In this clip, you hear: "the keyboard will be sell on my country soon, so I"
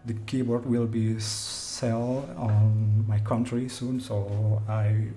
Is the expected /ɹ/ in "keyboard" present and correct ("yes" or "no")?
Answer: yes